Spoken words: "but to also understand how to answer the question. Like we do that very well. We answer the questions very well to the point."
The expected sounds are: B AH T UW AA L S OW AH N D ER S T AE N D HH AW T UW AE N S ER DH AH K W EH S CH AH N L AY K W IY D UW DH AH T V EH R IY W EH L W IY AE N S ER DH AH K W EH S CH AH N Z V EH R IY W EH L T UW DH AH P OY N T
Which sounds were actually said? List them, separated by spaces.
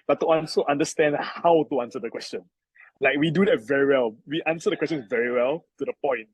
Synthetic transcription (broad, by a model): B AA T UW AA N S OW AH N D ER S T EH N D HH AW T UW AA N S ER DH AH K W EH S CH AH N L AY K W IY D UW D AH T V EH R IY W EH L W IY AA N S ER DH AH K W EH S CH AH N V EH R IY W EH L T UW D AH P OY N T